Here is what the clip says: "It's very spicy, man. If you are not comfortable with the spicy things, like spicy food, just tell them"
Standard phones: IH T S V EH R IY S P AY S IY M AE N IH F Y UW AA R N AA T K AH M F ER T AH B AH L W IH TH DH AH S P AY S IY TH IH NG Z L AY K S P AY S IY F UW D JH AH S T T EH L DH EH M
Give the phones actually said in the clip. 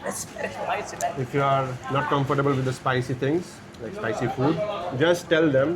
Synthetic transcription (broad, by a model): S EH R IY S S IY IH F Y UW AA R N AA T K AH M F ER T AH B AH L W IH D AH S P AY S IY T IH NG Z L AY K S P AY S IY F UW D JH AH S T T EH L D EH M